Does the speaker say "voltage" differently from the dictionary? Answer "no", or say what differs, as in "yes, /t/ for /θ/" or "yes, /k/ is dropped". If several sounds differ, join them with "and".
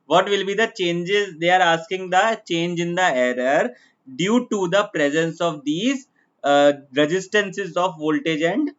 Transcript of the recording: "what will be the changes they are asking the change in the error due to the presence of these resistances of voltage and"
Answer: no